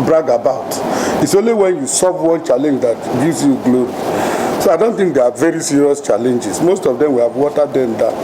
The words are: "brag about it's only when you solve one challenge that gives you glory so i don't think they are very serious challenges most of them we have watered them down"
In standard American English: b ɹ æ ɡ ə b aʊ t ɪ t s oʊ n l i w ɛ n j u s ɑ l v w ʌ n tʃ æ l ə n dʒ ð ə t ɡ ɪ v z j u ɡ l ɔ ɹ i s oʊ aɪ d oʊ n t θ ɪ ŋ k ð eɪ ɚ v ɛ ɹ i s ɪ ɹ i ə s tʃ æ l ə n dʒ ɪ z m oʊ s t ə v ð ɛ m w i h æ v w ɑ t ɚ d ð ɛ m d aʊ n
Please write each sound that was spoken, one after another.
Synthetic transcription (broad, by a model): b ɹ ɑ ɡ ə b aʊ t ɪ t s oʊ n l i w ɛ n j u s ɑ v w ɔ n tʃ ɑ l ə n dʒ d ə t ɡ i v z j u ɡ l ɔ ɹ i s oʊ aɪ d oʊ n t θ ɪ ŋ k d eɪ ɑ v ɛ ɹ i s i ɹ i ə s tʃ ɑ l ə n dʒ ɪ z m oʊ s t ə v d ɛ m w i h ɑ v w ɑ t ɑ d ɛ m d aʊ